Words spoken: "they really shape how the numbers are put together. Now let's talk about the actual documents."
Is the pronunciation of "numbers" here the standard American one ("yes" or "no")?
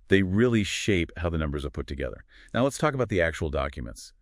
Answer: yes